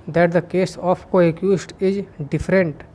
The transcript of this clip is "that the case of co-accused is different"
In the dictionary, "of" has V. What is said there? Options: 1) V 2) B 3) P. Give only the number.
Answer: 3